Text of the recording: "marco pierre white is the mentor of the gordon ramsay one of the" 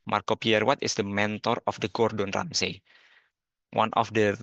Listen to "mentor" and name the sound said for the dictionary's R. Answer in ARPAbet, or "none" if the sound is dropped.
R